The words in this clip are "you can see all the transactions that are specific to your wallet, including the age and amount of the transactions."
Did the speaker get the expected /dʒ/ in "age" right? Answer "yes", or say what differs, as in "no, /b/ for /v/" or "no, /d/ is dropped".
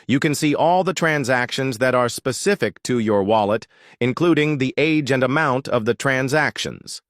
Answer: yes